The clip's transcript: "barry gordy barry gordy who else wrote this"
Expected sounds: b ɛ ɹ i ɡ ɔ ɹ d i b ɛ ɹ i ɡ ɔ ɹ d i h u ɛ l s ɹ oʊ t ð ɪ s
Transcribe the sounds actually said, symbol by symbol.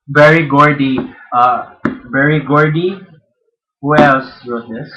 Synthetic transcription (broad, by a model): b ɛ ɹ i ɡ ɔ ɹ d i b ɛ ɹ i ɡ ɔ ɹ d i h u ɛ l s w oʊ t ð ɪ s